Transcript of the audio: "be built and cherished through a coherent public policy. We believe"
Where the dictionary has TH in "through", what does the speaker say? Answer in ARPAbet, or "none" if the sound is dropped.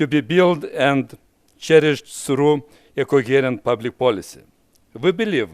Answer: S